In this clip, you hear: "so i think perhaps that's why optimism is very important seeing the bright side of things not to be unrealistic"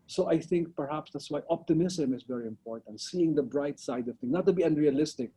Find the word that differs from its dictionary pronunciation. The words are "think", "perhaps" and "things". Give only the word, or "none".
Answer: things